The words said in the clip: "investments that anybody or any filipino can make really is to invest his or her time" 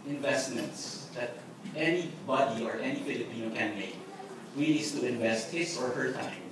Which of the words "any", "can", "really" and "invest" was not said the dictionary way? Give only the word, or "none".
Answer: really